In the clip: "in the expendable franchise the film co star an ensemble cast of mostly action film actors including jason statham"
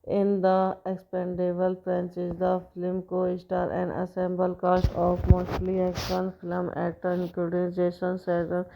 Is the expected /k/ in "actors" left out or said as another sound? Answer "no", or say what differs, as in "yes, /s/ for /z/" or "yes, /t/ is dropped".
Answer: yes, /k/ is dropped